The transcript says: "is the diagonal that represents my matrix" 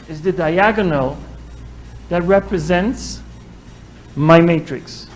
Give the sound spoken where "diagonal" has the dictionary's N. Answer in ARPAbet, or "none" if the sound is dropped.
N